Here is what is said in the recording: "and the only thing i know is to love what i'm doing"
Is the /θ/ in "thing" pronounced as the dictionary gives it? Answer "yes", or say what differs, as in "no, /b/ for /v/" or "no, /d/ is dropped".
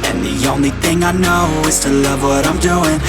yes